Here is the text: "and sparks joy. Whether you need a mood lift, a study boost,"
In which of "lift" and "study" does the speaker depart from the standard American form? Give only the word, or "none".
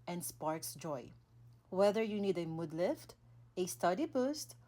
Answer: none